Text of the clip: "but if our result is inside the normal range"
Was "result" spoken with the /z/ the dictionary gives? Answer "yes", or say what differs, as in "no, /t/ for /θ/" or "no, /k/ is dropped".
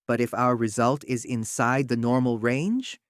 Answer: yes